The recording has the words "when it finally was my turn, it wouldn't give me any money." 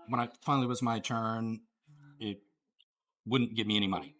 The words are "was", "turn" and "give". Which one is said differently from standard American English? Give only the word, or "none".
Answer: none